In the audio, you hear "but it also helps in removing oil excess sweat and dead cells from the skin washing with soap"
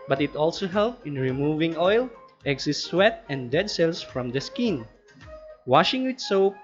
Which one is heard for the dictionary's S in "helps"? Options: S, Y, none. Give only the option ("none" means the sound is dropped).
none